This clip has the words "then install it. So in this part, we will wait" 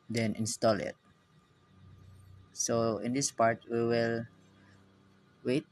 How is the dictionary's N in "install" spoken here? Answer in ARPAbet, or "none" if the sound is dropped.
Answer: N